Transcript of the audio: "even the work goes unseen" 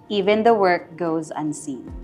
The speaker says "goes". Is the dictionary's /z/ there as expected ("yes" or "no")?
yes